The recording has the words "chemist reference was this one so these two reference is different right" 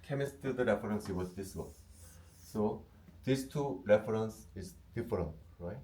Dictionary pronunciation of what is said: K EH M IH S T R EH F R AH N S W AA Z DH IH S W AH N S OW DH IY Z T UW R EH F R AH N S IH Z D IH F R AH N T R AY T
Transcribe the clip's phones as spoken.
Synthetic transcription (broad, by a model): K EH M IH S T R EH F R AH N S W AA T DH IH S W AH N S OW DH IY S T UW R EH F R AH N S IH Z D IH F R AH N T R AY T